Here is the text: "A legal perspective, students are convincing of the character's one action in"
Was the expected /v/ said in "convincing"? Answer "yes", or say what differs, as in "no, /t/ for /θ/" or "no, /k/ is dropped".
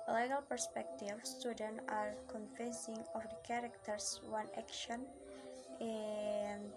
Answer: no, /f/ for /v/